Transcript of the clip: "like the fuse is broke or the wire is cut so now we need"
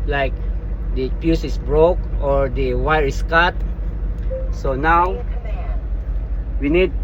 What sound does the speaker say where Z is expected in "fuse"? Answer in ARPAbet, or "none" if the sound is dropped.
S